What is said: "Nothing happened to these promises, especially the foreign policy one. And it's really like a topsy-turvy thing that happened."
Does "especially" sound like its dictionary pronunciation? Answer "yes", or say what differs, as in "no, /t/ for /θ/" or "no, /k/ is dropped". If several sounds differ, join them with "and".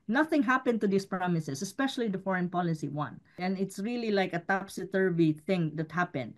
yes